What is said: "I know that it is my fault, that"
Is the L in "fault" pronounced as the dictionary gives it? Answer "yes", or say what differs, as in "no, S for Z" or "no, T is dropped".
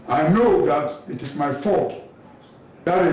no, L is dropped